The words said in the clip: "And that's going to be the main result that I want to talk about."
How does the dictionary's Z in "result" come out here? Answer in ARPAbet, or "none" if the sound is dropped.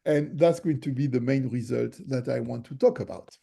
Z